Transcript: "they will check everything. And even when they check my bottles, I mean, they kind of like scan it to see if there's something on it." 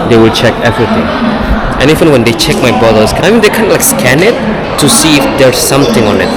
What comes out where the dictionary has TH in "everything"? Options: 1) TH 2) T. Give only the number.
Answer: 2